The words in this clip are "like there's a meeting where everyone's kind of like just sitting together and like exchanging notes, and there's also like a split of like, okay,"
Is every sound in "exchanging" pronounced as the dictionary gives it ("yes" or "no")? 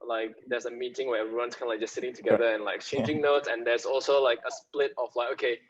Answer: no